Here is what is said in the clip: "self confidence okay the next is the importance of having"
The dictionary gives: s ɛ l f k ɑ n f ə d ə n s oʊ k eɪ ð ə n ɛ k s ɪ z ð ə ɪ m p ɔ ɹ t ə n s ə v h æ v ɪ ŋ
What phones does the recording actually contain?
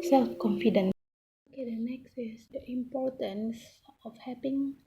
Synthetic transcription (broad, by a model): s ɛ l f k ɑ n f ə d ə n oʊ k eɪ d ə n ɛ k s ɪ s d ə ɪ m p ɔ ɹ t ə n s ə f h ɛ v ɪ ŋ